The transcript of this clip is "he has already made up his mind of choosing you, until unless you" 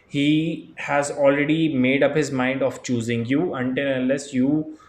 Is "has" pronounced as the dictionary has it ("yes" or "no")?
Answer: yes